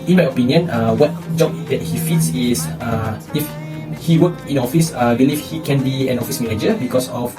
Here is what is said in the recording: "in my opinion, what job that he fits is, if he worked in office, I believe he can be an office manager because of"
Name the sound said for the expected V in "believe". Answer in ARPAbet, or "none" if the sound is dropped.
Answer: F